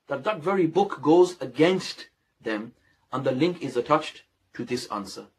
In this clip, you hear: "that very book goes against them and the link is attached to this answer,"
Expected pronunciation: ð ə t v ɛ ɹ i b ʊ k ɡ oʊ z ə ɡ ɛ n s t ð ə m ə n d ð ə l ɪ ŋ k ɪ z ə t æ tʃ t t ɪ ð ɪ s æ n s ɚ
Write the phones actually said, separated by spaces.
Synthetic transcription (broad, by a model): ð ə t v ɛ ɹ i b ʊ k ɡ oʊ z ə ɡ ɛ n s t ð ə m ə n ð ə l ɪ ŋ k ɪ z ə t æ tʃ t t ɪ ð ɪ s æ n s ɚ